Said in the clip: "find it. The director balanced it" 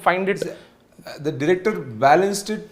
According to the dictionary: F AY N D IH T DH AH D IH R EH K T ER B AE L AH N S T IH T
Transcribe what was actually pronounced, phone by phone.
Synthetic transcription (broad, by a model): F AY N D IH T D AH D IH R EH K T ER B AE L AH N S T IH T